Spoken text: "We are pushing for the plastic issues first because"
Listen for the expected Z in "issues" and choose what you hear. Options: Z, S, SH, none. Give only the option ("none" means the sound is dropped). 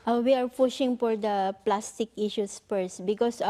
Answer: S